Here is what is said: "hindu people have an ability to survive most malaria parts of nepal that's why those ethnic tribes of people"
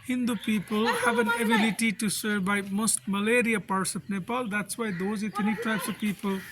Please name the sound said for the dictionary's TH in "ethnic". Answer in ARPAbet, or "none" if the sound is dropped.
T